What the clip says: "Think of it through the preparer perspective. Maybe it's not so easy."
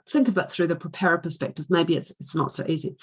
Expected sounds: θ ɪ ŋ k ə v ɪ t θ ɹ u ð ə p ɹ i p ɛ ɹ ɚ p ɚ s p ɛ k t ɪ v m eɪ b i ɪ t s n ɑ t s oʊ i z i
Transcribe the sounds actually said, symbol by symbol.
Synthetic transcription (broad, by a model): θ ɪ ŋ k ə v ɪ t θ ɹ u ð ə p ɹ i p ɛ ɹ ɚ p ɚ s p ɛ k t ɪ v m eɪ b i ɪ t s n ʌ t s oʊ i z i